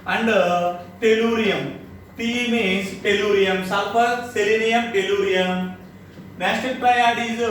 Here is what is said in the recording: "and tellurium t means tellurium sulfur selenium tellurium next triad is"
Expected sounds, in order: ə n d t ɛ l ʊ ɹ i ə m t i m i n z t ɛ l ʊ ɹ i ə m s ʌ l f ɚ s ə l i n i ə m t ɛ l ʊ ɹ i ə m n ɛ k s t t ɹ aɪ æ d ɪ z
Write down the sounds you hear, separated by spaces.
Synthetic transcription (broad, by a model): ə n d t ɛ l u ɹ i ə m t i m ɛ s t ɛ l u ɹ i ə m s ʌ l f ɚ s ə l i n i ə m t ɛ l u ɹ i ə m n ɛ s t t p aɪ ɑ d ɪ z